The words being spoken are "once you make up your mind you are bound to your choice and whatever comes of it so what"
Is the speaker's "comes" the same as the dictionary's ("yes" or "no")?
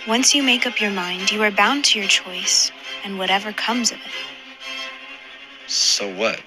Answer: yes